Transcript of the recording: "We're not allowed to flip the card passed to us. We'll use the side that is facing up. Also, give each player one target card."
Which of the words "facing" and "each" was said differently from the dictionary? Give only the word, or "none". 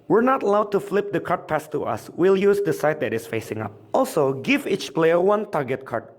none